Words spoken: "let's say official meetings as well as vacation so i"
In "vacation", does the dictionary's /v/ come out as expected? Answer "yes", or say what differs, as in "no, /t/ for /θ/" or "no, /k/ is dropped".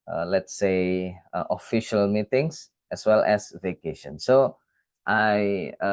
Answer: yes